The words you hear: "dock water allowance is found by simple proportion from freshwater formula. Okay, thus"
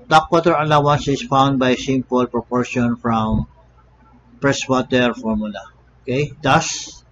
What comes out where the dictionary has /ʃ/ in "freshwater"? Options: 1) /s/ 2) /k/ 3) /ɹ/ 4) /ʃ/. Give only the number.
1